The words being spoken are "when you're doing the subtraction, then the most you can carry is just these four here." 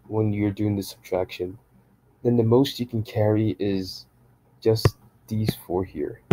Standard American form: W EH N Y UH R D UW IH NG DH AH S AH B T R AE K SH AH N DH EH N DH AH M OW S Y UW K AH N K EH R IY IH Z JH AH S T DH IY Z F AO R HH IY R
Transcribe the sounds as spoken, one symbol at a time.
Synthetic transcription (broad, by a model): W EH N Y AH R D UW IH NG DH AH S AH B T R AE K SH AH N DH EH N DH AH M OW S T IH K N K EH R IY IH Z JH AH S DH IY Z F AO R HH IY R